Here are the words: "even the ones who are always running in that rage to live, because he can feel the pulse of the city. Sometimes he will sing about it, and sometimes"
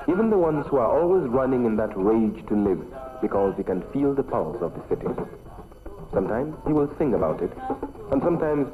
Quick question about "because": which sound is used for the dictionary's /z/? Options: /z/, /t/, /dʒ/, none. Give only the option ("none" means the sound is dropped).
/z/